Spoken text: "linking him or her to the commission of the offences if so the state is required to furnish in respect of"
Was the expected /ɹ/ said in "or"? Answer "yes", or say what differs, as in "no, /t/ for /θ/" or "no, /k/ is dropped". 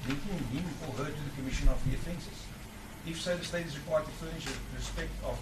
no, /l/ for /ɹ/